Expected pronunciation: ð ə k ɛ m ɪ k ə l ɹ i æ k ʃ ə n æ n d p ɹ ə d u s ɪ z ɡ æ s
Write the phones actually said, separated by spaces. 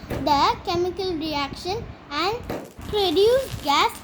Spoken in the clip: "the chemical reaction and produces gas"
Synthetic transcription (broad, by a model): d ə k ɛ m ɪ k ə l ɹ i æ k ʃ ə n æ n d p ɹ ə d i ɪ ɡ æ s